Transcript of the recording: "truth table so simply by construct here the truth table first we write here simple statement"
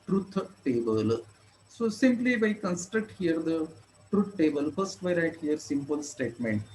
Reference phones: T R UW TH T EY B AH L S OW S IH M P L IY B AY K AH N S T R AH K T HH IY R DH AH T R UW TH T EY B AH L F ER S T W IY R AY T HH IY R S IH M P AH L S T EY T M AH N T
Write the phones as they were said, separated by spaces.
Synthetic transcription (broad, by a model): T R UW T T EY B AH L S OW S IH M P L IY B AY K AH N S T R AH K T HH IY R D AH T R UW T T EY B AH L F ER S T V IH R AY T HH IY R S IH M P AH L S T EY T M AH N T